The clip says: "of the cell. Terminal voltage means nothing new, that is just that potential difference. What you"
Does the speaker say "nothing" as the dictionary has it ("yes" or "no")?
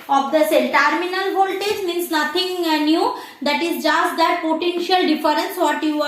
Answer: no